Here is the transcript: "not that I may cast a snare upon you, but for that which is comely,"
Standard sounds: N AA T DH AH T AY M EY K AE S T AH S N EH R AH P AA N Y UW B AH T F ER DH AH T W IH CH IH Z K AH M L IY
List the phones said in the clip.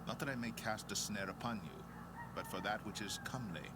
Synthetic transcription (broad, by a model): N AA T DH AH T AY M EY K AE S T AH S N EH R AH P AA N Y UW B AH T F ER DH AH T W IH CH IH Z K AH M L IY